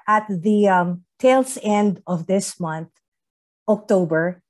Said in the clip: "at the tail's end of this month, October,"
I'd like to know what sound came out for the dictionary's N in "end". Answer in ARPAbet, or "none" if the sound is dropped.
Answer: N